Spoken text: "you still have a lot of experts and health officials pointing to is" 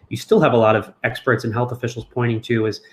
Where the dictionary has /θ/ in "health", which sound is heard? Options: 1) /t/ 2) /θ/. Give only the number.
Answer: 2